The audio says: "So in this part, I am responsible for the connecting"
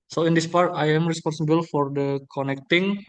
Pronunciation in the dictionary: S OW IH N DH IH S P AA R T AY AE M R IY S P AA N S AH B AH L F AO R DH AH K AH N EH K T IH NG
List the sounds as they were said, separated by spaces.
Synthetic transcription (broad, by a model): S OW IH N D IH S P AA R T AY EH M R IY S P AA N S AH B AH L F AO R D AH K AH N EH K T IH NG